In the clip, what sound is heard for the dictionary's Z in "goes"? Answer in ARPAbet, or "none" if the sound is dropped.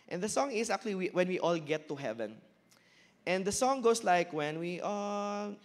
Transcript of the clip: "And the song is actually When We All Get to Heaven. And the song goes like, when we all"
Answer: S